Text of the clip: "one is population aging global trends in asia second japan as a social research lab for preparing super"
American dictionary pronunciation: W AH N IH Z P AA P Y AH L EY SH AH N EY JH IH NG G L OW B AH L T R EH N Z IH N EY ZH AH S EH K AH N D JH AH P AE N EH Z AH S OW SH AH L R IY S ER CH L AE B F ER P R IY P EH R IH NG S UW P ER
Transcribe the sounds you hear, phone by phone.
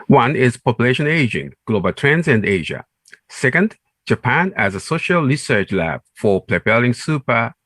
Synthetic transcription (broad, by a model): W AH N IH Z P AA P Y AH L EY SH AH N EY JH IH NG G L OW B AH L T R EH N Z IH N EY ZH AH S EH K AH N D JH AH P AE N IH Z AH S OW SH AH L R IY S ER CH L AE B F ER P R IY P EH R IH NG S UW P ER